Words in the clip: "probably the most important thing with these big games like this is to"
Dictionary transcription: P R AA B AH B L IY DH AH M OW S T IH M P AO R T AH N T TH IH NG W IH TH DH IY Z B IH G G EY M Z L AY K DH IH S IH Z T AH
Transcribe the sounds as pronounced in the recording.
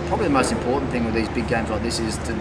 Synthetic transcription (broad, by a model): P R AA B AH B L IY DH AH M OW S T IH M P AO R T N TH IH NG W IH DH IY Z B IH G G EY M Z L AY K DH IH S IH Z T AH